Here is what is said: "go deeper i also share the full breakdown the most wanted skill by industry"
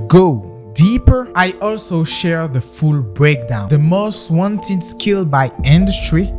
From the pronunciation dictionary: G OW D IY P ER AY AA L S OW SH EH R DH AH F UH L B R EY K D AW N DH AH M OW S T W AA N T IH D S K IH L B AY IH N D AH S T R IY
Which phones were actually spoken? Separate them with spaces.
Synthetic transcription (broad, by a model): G OW D IY P ER AY AA L S OW SH EH R DH AH F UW L B R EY K D AW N DH AH M OW S T W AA N T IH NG S K IH L B AY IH N D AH S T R IY